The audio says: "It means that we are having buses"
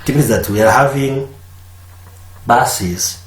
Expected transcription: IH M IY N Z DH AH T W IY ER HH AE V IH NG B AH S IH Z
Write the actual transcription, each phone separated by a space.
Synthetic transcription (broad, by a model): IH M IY Z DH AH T W IY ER HH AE V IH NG B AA S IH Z